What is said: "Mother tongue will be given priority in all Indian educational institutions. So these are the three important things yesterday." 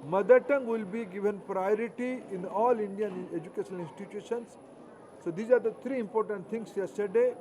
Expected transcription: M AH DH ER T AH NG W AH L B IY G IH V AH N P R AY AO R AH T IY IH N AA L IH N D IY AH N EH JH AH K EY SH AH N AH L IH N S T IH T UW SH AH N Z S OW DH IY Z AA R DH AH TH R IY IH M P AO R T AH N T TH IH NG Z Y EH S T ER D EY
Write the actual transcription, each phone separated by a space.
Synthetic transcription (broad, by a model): M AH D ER T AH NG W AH L B IY G IH V AH N P R AY AO R AH T IY IH N AA L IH N D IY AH N EH JH AH K EY SH AH N AH L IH N S T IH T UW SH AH N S S OW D IY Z AA R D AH T R IY IH M P AO R T AH N T T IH NG S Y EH S T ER D EY